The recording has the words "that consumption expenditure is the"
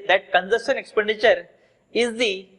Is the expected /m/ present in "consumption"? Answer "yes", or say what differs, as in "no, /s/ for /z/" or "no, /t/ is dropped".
no, /m/ is dropped